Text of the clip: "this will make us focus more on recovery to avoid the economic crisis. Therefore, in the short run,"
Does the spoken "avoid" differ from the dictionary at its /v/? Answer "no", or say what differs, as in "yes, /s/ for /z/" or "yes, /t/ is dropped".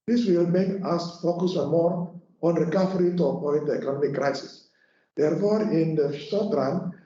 yes, /p/ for /v/